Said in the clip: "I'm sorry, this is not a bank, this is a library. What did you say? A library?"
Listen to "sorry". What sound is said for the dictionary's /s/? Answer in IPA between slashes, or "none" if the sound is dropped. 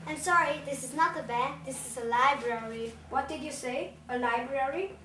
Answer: /s/